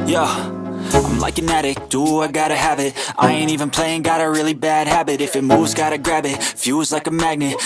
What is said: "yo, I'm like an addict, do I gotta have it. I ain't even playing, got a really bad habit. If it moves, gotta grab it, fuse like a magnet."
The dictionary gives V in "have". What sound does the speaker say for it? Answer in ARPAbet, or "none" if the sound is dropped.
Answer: B